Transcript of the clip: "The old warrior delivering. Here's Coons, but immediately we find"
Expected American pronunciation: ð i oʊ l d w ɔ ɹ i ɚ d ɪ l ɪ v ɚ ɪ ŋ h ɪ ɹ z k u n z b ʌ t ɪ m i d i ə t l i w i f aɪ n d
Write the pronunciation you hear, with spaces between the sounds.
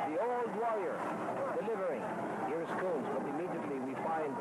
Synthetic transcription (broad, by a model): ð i oʊ l d w ɔ ɹ i ɚ d ɪ l ɪ v ɚ ɪ ŋ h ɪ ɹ s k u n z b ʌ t ɪ m i d i ə t l i w i f aɪ n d